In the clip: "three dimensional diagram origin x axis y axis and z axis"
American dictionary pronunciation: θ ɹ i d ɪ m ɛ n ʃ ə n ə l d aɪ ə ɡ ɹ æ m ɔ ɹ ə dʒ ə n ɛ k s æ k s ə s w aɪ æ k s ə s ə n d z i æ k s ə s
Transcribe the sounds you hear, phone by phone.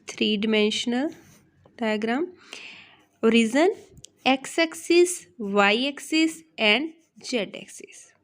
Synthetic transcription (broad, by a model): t ɹ i d ɪ m ɛ n ʃ ə n ə l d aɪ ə ɡ ɹ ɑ m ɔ ɹ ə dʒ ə n ɛ k s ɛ k s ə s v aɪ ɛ k s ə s ə n d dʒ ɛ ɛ k s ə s